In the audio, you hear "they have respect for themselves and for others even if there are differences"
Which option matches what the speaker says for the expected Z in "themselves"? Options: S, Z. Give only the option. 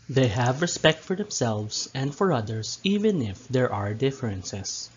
S